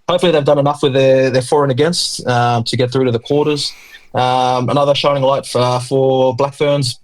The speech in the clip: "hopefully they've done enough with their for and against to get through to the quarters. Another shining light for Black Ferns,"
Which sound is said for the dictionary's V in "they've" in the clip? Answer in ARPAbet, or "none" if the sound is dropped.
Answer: V